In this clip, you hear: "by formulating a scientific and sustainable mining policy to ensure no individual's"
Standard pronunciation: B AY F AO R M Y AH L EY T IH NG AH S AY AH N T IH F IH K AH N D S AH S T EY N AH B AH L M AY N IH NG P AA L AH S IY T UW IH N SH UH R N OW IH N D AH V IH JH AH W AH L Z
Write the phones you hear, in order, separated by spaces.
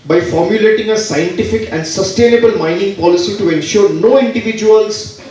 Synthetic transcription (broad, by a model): B AY F AO R M Y AH L EY T IH NG AH S AY AH N T IH F IH K AH N D S AH S T EY N AH B AH L M AY N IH NG P AA L AH S IY T UW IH N SH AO R N OW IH N D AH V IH JH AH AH L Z